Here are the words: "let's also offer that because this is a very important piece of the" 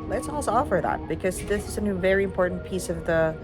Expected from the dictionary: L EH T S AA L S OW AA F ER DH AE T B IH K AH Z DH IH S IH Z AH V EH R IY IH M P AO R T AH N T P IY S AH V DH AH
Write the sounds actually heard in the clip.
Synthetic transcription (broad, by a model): L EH T S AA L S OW AA F ER DH AE T B IH K AH Z DH IH S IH Z AH V EH R IY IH M P AO R T N P IY S AH V DH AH